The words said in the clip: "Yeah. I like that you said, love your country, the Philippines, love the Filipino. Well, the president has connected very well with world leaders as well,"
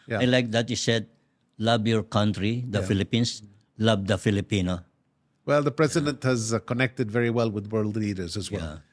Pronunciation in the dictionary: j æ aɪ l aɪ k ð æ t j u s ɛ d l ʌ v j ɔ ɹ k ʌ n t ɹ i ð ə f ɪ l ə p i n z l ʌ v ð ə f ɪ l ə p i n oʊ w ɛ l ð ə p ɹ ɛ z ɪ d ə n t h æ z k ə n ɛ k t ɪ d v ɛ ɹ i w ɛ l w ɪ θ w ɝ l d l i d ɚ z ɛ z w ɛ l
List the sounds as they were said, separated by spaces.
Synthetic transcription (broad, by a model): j aɪ l aɪ k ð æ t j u s ɛ d l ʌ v j ɔ ɹ k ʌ n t ɹ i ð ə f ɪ l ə p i n s l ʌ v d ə f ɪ l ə p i n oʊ w ɛ l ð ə p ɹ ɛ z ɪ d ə n t h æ z k ə n ɛ k t ɪ d v ɛ ɹ i w ɛ l w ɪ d w ɝ l d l i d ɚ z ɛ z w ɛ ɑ